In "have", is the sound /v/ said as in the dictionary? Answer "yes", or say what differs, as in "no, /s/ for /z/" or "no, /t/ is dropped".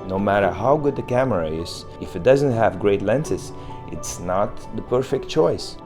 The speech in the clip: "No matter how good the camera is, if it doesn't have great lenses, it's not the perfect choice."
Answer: yes